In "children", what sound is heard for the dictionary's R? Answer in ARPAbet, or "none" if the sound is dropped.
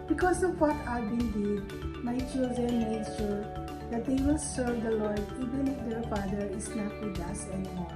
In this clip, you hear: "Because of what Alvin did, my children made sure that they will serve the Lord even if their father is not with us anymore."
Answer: R